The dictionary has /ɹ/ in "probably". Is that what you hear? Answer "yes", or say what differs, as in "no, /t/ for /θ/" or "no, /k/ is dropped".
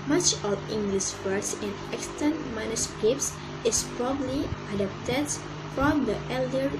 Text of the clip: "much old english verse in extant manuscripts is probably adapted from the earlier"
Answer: yes